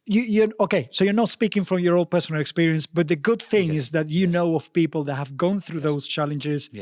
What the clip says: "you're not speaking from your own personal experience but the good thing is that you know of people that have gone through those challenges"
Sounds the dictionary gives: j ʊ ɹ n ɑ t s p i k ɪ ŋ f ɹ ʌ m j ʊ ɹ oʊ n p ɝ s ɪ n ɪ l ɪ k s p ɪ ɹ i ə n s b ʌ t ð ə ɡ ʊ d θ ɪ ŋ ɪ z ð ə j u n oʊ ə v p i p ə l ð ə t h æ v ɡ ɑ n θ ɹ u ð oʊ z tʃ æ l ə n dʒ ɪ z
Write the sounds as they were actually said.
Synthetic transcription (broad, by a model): j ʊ ɹ n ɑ t s p i k ɪ ŋ f ɹ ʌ m j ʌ ɹ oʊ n p ɝ s ɪ n ɪ l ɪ k s p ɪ ɹ i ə n s b ʌ t ð ə ɡ ʊ d θ ɪ ŋ ɪ z ð ə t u n oʊ ə v p i p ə l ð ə t h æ v ɡ ɑ n θ ɹ u ð oʊ z tʃ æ l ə n dʒ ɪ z